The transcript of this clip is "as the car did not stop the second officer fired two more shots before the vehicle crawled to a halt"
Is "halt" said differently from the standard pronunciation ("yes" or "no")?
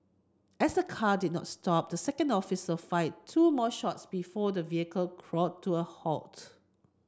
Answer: no